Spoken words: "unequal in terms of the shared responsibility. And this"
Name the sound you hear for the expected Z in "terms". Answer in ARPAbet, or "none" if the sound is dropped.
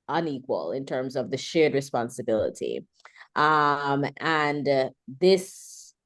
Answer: Z